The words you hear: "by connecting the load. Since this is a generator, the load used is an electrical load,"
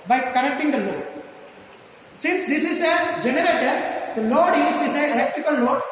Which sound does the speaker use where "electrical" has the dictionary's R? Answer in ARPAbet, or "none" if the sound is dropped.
none